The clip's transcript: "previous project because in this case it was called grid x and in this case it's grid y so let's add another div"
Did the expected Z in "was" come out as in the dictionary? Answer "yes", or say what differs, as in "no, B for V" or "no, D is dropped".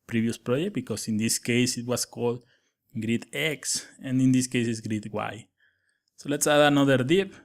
no, S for Z